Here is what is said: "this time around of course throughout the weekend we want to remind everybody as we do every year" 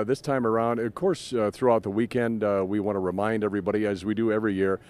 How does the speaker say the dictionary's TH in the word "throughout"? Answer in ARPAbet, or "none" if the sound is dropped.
TH